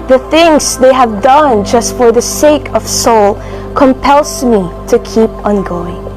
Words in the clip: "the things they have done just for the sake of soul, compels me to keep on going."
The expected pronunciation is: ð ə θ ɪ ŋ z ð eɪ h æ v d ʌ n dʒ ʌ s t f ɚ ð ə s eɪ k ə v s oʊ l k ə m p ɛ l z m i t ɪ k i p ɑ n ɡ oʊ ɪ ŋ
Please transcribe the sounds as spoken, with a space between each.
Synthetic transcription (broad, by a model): ð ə θ ɪ ŋ z ð eɪ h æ v d ʌ n dʒ ʌ s t f ɚ ð ə s eɪ k ə v s oʊ l k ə m p ɛ l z m i t ɪ k i p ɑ n ɡ oʊ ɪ ŋ